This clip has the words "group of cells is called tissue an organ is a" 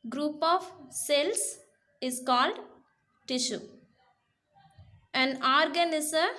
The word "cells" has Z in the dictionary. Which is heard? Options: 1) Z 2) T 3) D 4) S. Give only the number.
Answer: 4